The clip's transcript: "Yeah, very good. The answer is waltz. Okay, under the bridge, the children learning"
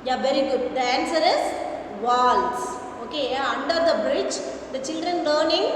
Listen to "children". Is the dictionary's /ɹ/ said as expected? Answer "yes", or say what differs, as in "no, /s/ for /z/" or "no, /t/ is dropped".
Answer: yes